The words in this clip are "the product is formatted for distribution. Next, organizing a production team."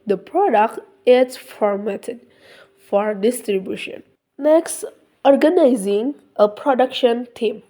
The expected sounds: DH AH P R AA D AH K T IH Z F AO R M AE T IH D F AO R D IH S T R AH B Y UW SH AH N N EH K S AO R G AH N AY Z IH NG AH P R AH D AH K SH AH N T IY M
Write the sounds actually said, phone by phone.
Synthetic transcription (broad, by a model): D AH P R AA D AH K T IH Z F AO R M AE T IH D F AO R D IH S T R AH B Y UW SH AH N N EH K S AO R G AH N AY Z IH NG AH P R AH D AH K SH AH N T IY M